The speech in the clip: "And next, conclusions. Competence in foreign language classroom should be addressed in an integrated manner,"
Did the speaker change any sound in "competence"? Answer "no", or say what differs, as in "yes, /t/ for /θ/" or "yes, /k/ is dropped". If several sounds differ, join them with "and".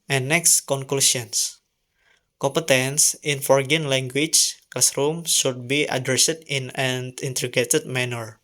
no